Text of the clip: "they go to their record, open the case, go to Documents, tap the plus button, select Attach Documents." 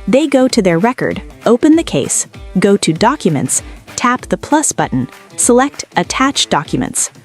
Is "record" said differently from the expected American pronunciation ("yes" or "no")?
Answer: no